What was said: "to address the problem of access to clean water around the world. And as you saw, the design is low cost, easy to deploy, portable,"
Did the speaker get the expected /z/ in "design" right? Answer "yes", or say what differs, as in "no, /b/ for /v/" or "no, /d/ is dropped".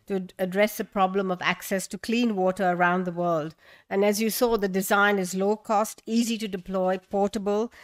yes